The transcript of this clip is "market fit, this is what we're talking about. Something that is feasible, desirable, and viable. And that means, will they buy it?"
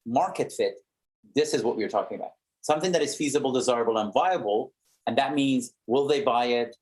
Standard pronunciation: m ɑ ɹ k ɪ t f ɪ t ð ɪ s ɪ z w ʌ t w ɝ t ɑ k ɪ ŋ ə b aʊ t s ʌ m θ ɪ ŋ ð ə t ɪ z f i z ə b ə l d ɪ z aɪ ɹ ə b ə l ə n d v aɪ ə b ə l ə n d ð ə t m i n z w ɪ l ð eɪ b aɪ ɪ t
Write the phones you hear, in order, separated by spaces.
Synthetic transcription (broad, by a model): m ɑ ɹ k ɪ t f ɪ t ð ɪ s ɪ z w ʌ t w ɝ t ɑ k ɪ ŋ ə b aʊ t s ʌ m θ ɪ ŋ ð ə t ɪ z f i z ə b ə l d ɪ z aɪ ɹ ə b l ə n v aɪ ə b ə l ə n ð ə t m i n z w ɪ l ð eɪ b aɪ ɪ t